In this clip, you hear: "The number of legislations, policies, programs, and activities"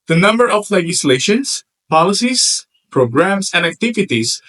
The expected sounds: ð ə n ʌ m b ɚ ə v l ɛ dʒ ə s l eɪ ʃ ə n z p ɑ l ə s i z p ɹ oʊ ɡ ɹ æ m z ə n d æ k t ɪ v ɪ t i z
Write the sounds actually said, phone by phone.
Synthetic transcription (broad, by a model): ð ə n ʌ m b ɚ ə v l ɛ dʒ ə s l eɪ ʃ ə n s p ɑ l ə s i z p ɹ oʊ ɡ ɹ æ m s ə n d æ k t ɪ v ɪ t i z